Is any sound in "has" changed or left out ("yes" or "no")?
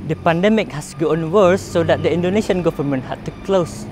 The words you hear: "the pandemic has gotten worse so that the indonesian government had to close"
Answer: yes